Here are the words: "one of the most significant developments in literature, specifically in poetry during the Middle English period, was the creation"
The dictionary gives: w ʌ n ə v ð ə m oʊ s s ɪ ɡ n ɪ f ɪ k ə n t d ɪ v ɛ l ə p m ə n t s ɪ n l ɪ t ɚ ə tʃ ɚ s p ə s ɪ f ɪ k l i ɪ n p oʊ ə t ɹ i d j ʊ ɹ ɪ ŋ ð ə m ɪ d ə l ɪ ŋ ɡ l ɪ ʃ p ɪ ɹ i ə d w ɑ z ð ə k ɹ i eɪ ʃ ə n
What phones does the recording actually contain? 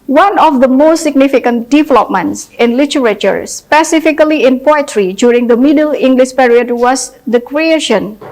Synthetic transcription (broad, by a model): w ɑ n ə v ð ə m oʊ s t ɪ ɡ n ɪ f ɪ k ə n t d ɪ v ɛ l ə p m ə n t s ɪ n l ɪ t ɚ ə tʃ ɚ s p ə s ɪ f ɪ k l i ɪ n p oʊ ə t ɹ i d j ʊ ɹ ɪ ŋ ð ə m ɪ d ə l ɪ ŋ ɡ l ɪ ʃ p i ɹ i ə d w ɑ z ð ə k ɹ i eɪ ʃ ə n